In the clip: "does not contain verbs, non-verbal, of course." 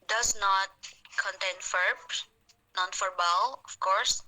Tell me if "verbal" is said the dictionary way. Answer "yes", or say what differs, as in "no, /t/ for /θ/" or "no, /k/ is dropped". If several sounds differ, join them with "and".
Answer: no, /f/ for /v/